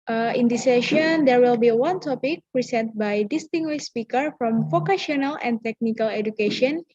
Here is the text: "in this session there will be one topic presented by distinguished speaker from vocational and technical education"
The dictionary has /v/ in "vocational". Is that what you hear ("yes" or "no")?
no